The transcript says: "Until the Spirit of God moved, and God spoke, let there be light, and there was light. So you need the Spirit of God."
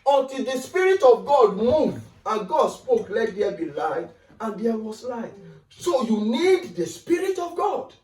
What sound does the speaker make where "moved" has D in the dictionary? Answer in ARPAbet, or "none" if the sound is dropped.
none